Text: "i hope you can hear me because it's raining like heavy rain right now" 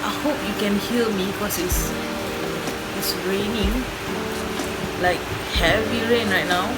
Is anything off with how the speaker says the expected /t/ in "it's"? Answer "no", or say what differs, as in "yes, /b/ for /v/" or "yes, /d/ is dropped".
yes, /s/ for /t/